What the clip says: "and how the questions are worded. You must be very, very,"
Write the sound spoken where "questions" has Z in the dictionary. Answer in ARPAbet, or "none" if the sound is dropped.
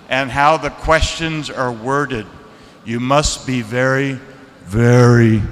Z